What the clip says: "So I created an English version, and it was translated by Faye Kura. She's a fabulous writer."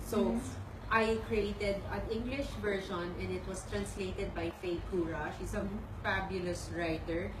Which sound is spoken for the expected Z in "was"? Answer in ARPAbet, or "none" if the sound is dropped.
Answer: S